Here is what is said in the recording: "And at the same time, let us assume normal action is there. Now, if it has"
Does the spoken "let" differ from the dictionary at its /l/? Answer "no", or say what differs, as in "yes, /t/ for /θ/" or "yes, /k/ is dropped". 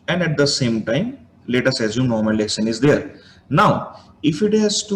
no